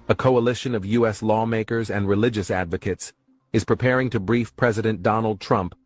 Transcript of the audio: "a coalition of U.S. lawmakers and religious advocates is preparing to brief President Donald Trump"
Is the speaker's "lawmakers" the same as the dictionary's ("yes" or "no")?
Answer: yes